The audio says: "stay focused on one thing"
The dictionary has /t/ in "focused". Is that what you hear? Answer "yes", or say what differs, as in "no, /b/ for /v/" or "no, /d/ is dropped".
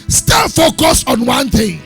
no, /t/ is dropped